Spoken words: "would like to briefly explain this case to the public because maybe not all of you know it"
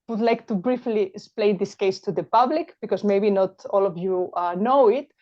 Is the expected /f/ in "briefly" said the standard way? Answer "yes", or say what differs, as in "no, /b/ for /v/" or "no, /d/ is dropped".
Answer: yes